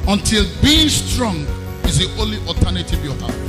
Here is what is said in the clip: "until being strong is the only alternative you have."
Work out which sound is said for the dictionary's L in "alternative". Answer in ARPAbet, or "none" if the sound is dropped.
none